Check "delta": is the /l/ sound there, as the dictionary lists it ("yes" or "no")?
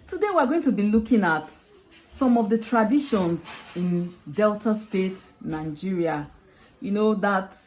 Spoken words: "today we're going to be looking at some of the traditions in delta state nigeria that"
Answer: yes